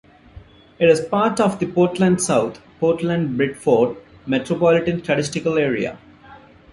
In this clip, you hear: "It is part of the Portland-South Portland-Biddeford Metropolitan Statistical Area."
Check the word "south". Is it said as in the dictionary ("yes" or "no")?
no